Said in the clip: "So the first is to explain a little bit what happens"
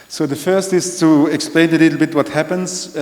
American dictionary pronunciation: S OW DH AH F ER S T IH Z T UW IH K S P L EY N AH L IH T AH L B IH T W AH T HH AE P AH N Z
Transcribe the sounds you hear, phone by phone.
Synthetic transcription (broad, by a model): S OW DH AH F ER S T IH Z T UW IH K S P L EY N AH L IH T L B IH T W AH T HH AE P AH N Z